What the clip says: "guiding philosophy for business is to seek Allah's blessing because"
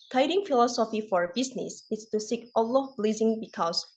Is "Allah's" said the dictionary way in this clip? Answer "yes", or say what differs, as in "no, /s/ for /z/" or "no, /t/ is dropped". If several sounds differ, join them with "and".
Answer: no, /z/ is dropped